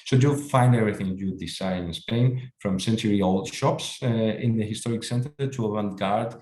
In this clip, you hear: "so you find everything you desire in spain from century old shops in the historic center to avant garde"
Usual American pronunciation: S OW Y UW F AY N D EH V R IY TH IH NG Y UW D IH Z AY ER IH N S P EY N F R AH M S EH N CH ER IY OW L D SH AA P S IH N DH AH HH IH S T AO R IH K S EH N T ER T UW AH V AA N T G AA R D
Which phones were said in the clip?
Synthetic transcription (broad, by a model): S OW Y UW F AY N D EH V R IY TH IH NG Y UW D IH S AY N IH N S P EY N F R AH M S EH N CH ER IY OW L D SH AA P S IH N DH AH HH IH S T AO R IH K S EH N T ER T UW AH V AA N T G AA R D